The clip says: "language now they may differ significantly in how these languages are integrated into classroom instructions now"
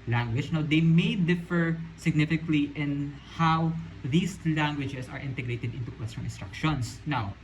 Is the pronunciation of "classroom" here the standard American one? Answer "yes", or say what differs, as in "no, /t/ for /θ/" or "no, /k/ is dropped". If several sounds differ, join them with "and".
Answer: no, /w/ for /l/